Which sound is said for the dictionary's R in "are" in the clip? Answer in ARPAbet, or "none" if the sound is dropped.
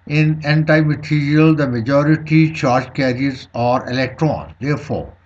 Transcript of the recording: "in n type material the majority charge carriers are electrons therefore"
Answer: R